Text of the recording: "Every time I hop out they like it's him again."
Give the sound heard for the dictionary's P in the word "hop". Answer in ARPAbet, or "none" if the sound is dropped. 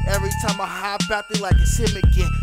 B